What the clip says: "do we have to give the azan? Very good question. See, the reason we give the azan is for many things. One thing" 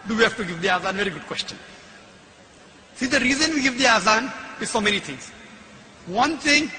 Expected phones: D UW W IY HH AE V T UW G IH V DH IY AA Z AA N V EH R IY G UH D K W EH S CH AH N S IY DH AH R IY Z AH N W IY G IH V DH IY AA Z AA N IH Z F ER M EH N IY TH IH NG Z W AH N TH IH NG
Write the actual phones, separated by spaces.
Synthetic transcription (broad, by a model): D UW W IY HH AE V T UW G IH V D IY AA Z AA N V EH R IY G UH D K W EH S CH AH N S IY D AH R IY Z AH N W IY G IH V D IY AA Z AA N IH Z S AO M EH N IY T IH NG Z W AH N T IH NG